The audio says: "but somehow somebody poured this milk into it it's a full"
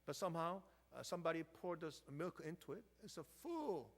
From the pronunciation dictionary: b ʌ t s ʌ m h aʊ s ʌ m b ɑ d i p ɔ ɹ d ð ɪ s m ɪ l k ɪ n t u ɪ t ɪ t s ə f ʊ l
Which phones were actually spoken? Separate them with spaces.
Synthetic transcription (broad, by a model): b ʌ t s ʌ m h aʊ s ʌ m b ɑ d i p ɔ ɹ d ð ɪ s m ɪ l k ɪ n t u ɪ t ɪ t s ə f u l